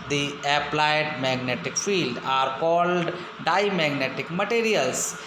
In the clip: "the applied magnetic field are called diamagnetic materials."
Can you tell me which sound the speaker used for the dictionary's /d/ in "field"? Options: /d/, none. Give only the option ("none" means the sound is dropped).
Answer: /d/